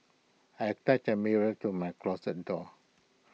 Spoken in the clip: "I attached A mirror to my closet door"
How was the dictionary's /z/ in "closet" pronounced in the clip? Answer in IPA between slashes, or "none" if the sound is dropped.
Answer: /s/